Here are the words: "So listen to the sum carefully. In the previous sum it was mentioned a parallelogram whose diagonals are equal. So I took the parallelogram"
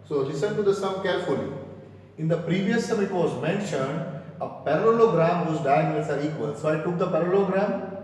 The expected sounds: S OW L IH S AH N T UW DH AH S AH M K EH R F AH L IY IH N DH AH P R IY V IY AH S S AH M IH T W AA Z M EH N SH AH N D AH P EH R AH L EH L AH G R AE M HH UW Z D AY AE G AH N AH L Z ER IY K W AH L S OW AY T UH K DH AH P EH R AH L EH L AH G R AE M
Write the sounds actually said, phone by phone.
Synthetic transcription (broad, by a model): S OW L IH S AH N T UW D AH S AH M K EH R F AH L IY IH N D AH P R IY V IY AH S S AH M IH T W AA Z M EH N SH AH N D AH P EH R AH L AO L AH G R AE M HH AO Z D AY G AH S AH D IY K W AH L S OW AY T UH K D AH P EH R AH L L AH G R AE M